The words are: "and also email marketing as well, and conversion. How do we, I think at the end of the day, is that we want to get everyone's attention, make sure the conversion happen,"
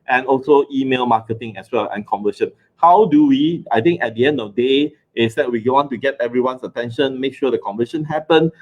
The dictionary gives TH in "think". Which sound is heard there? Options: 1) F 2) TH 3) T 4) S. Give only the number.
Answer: 3